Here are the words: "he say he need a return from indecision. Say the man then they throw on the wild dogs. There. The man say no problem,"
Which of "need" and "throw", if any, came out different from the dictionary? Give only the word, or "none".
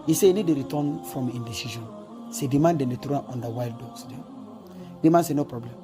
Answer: throw